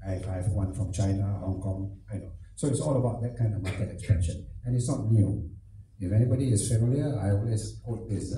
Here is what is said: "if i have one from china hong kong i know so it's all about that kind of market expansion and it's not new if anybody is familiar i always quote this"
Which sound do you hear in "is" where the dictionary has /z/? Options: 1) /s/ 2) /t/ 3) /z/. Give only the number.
1